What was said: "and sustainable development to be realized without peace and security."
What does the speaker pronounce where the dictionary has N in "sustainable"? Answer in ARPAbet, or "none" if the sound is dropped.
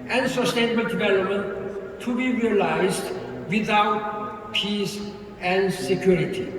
N